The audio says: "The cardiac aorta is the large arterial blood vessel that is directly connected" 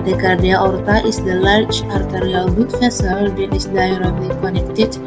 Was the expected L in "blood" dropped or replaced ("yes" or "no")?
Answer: yes